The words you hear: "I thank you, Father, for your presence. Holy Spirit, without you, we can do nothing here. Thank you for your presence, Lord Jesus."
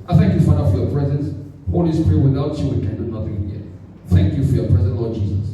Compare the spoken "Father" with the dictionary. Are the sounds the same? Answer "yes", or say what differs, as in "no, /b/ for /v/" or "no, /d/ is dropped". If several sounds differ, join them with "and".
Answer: no, /ð/ is dropped